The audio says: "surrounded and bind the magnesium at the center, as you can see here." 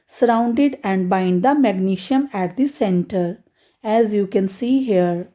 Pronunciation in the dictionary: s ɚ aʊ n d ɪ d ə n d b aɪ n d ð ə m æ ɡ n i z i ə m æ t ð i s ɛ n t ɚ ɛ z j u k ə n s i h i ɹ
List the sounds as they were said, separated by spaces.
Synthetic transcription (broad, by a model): s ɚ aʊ n d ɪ d ə n d b aɪ n d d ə m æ ɡ n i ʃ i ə m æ t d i s ɛ n t ɚ ɛ z j u k ə n s i h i ɹ